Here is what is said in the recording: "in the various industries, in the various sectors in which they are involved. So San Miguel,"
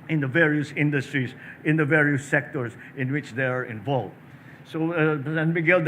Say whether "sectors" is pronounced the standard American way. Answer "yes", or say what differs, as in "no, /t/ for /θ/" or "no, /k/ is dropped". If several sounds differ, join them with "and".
no, /s/ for /z/